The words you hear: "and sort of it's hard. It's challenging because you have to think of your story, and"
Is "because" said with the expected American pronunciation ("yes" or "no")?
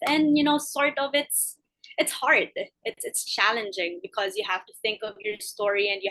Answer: yes